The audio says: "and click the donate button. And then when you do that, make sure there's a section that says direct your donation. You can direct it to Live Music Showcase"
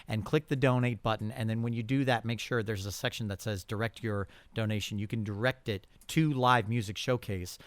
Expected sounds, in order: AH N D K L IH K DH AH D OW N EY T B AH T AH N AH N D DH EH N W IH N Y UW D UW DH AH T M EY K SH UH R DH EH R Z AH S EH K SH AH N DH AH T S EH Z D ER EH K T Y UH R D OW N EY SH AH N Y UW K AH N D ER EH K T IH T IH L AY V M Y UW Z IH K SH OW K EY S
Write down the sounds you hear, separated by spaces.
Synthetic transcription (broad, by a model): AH N K L IH K DH AH D OW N EY T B AH T N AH N DH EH N W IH N Y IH D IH DH AH T M EY K SH UH R DH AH R Z AH S EH K SH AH N DH AH T S EH Z D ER EH K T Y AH R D OW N EY SH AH N Y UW K AH N D ER EH K T IH T IH L AY V M Y UW Z IH K SH OW K EY S